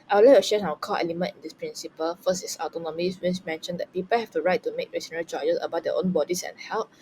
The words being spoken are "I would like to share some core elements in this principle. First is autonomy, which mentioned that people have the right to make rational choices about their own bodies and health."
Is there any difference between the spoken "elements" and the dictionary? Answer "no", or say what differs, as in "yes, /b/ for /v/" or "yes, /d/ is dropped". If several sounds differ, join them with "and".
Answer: yes, /s/ is dropped